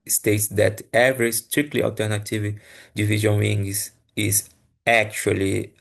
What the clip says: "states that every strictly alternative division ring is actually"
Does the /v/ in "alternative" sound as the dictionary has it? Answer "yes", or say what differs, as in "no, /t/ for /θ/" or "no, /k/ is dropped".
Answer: yes